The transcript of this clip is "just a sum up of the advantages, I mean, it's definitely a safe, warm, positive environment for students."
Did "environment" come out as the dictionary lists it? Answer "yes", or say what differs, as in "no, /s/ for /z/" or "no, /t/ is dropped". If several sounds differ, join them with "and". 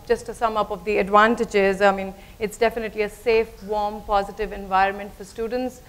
yes